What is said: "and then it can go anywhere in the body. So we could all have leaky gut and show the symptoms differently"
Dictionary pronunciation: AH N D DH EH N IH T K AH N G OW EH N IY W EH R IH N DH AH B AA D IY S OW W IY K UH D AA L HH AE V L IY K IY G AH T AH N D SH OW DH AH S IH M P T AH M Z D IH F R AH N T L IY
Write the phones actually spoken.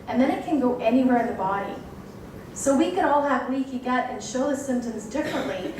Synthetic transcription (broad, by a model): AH N DH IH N IH T K AH N G OW EH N IY W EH R IH N DH AH B AA D IY S OW W IY K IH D AA L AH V W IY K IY G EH T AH N SH OW DH AH S IH M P T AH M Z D IH F R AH N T L IY